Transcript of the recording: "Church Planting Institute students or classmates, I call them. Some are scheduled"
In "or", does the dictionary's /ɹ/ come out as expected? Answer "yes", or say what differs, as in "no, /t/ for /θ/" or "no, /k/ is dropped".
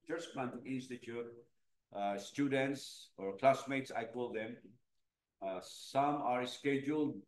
yes